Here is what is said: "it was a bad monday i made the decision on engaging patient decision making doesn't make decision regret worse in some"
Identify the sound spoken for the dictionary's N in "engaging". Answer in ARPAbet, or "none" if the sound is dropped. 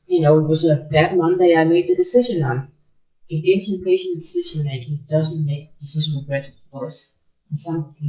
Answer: none